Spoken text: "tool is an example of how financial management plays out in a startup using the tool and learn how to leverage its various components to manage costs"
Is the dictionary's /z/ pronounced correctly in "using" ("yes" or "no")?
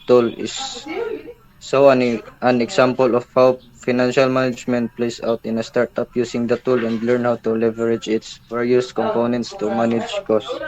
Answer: no